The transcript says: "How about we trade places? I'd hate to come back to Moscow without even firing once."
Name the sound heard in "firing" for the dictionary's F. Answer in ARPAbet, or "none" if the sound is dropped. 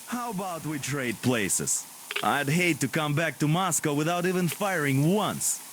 F